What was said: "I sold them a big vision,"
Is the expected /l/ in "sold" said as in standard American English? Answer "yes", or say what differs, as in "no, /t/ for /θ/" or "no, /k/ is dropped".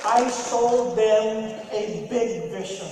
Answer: no, /l/ is dropped